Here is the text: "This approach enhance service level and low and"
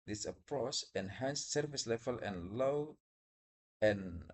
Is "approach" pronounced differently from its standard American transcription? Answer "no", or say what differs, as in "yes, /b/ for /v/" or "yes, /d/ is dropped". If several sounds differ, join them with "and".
yes, /s/ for /tʃ/